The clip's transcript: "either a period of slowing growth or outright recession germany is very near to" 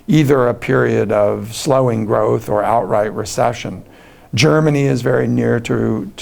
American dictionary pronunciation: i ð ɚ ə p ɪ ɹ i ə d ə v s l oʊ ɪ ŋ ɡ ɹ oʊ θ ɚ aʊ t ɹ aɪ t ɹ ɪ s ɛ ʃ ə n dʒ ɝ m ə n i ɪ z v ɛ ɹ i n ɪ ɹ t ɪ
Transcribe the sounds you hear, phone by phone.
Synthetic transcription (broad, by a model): i ð ɚ ə p ɪ ɹ i ə d ə v s l oʊ ɪ ŋ ɡ ɹ oʊ θ ɚ aʊ t ɹ aɪ t ɹ ɪ s ɛ ʃ ə n dʒ ɝ m ə n i ɪ z v ɛ ɹ i n ɪ ɹ t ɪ